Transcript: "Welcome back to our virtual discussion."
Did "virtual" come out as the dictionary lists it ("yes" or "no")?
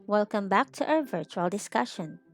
yes